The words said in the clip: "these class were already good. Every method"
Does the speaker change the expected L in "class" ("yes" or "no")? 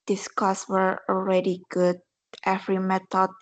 yes